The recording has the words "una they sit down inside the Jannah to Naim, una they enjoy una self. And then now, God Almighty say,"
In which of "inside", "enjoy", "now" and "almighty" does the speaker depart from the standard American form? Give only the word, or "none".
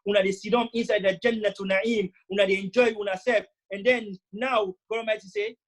almighty